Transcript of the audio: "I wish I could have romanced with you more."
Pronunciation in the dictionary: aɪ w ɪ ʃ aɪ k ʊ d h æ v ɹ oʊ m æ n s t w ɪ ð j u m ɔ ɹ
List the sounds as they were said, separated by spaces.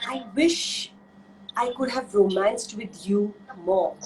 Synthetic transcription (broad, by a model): aɪ w ɪ ʃ aɪ k ʊ d h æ v ɹ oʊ m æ n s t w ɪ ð j u m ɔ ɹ